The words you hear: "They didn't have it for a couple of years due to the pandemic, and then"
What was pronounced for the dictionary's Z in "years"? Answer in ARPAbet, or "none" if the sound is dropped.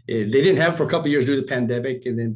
Z